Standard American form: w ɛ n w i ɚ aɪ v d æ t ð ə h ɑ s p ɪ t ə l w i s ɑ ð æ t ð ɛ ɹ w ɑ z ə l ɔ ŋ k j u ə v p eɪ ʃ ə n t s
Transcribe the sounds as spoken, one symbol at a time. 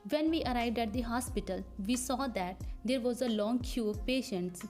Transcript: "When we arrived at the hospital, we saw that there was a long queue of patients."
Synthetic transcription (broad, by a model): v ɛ n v i ɚ aɪ v d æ t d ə h ɑ s p ɪ t ə l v i s ɑ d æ t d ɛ ɹ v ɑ z ə l ɔ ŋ k j u ə v p eɪ ʃ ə n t s